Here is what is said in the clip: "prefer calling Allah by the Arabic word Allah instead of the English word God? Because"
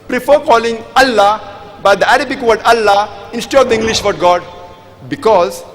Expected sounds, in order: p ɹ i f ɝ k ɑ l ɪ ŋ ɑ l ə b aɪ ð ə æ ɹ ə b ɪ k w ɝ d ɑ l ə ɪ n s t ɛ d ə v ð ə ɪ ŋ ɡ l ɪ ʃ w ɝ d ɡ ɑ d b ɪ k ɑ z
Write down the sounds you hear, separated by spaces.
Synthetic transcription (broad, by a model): p ɹ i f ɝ k ɑ l ɪ ŋ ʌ l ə b aɪ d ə æ ɹ ə b ɪ k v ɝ d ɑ l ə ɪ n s t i ə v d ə ɪ ŋ ɡ l ɪ ʃ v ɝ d ɡ ɑ d b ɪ k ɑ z